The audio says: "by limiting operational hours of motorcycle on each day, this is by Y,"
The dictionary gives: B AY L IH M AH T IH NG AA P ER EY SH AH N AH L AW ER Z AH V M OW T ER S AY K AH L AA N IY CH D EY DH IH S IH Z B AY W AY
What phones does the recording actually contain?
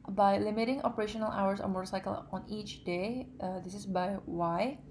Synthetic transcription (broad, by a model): B AY L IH M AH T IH NG AA P ER EY SH AH N AH L AW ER S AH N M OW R S AY K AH L AA N IY CH D EY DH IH S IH S B AY W AY